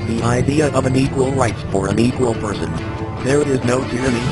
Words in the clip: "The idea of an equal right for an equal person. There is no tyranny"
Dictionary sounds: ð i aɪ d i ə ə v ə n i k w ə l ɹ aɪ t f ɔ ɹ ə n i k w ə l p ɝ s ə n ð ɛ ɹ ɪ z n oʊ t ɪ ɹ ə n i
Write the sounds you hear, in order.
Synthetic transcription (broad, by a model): ð i aɪ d i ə ə v ə n i k w ə l ɹ aɪ t p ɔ ɹ ə n i k w ə l p ɝ s ə n ð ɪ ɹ ɪ z n oʊ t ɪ ɹ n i